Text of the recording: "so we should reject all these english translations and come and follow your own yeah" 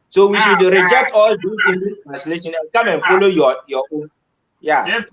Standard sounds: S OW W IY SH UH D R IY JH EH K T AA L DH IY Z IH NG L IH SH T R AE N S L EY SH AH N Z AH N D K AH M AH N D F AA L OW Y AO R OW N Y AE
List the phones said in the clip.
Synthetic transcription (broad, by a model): S OW W IY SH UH D R IY JH EH K T AA L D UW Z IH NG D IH S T R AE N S L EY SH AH N AH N K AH M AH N F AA L OW Y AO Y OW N Y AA